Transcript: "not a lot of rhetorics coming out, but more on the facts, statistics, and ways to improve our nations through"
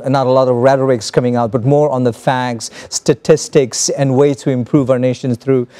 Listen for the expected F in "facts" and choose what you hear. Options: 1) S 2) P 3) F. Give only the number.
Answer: 3